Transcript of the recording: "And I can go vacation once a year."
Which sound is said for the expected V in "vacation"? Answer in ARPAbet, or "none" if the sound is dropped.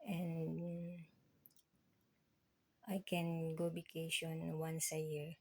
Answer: B